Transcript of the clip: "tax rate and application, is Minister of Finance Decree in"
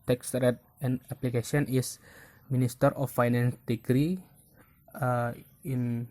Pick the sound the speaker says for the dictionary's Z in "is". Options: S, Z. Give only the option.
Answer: S